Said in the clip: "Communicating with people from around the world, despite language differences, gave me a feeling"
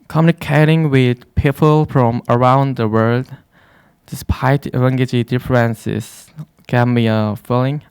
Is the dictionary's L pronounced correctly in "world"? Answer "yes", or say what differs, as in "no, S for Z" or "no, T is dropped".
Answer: yes